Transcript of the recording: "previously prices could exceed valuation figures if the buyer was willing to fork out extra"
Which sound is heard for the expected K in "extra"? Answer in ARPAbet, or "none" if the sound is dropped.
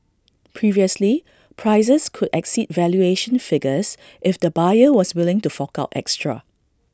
K